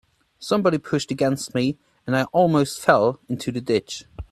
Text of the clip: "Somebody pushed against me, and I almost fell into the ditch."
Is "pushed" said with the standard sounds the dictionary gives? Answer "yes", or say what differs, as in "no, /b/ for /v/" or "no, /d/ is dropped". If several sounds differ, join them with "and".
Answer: yes